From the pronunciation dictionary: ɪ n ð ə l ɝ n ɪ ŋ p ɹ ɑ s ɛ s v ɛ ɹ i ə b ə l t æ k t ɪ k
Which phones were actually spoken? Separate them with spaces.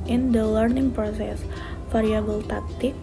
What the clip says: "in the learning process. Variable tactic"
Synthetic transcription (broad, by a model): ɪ n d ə l ɝ n ɪ ŋ p ɹ ɑ s ɛ s f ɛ ɹ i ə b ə l t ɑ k t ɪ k